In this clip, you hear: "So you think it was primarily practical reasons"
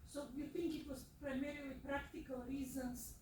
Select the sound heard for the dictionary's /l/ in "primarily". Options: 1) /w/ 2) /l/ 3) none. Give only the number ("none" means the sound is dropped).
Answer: 3